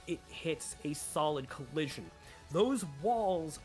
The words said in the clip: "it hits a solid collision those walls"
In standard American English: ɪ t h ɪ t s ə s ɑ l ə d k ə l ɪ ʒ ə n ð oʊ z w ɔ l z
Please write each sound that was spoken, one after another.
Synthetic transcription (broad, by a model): ɪ t h ɪ t s ə s ɑ l ə d k ə l ɪ ʒ ə n ð oʊ z w ɔ l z